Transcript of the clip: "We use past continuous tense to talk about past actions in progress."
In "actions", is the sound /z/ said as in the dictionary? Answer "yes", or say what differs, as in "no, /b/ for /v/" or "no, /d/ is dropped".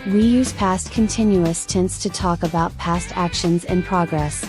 yes